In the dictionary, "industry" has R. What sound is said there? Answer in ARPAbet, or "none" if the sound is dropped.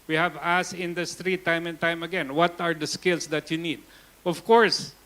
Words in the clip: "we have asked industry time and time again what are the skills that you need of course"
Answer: R